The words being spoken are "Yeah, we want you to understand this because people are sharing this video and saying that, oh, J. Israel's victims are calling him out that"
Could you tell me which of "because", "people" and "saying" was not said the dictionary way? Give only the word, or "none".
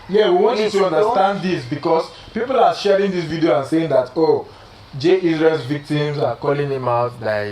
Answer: because